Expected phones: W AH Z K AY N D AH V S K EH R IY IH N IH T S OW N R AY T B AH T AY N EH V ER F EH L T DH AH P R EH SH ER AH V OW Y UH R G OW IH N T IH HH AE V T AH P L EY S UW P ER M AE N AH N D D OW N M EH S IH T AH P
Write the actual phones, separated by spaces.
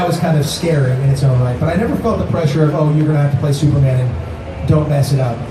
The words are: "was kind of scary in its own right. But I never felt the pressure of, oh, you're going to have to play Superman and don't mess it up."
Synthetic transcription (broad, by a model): W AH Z K AY N D AH V S K EH R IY IH N IH T S OW N L AY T B AH T AY N EH V ER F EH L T DH AH P R EH SH ER AH V OW Y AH R G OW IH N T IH HH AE F T AH P L EY S UW P ER M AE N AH N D D OW N M EH S IH T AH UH